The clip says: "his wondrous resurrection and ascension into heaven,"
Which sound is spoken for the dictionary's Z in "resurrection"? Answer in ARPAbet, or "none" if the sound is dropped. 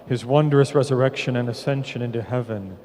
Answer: Z